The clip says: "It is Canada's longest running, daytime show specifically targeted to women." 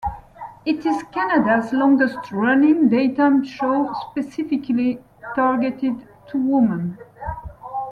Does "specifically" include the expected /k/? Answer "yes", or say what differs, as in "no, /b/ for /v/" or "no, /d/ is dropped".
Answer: yes